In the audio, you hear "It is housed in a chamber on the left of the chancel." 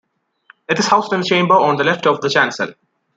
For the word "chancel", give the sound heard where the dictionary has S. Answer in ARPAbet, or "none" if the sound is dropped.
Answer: S